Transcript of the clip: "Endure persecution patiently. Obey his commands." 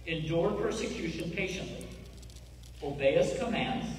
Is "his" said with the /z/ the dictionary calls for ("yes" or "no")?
no